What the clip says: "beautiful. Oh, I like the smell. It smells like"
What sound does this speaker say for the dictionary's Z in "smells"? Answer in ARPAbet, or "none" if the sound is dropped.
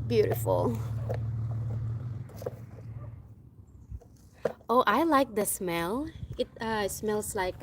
S